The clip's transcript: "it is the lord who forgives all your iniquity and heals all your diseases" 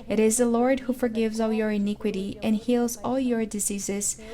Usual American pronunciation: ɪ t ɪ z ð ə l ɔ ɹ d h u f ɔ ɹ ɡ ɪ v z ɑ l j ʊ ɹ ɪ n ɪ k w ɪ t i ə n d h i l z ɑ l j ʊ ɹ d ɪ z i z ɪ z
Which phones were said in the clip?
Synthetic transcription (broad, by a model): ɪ t ɪ z ð ə l ɔ ɹ d h u f ɔ ɹ ɡ ɪ v z ɑ l j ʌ ɹ ɪ n ɪ k w ɪ t i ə n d h i l z ɑ l j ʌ ɹ d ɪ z i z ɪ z